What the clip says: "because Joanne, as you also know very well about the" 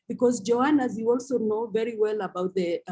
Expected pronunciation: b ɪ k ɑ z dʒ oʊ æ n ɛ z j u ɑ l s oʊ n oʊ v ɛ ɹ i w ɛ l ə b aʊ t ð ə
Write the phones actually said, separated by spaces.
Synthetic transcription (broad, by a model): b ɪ k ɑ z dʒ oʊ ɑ n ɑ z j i ɑ l s oʊ n oʊ v ɛ ɹ i w ɛ l ə b aʊ t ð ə